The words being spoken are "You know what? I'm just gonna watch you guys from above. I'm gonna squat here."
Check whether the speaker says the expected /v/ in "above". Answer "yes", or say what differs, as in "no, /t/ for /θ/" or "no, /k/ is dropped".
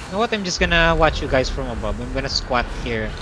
no, /b/ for /v/